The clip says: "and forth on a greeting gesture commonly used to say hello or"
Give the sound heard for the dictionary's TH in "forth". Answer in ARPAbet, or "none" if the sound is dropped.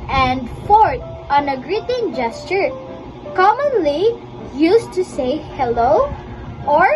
T